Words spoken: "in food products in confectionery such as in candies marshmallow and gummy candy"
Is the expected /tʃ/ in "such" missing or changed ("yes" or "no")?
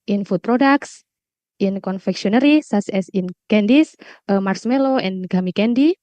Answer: yes